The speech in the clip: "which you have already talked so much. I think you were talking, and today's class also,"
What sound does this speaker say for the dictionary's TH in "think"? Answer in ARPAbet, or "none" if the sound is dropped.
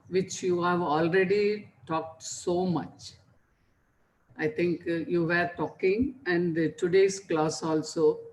T